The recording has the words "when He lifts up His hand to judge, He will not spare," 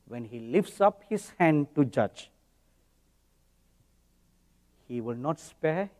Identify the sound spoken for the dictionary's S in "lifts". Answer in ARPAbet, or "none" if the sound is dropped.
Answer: S